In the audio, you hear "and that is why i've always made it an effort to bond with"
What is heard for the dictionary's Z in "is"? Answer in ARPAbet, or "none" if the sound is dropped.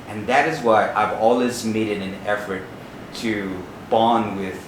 Z